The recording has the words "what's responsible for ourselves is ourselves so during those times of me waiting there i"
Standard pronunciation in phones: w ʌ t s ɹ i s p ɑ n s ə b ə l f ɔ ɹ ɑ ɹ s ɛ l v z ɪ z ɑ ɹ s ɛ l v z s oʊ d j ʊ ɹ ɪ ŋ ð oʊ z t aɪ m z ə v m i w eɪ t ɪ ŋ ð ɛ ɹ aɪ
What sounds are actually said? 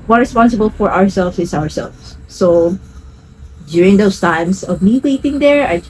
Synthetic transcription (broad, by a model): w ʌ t ɹ i s p ɑ n s ə b ə l f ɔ ɹ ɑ ɹ s ɛ l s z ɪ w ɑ ɹ s ɛ l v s s oʊ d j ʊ ɹ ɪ ŋ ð oʊ s t aɪ m s ə v m i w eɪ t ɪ ŋ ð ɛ ɹ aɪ